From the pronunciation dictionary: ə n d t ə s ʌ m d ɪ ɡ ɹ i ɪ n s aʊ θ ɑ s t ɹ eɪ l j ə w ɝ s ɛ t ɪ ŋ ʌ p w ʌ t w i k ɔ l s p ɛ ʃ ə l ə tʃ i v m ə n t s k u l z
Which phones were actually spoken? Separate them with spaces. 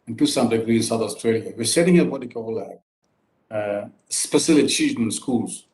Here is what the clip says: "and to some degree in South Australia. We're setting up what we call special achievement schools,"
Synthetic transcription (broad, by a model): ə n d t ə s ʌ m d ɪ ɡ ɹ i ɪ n s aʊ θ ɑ s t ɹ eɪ l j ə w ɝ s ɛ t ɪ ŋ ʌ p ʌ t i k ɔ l s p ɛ s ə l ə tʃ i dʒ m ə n s k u l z